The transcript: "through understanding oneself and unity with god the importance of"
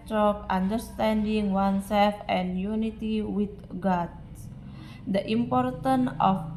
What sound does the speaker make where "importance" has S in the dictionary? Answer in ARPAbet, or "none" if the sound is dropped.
none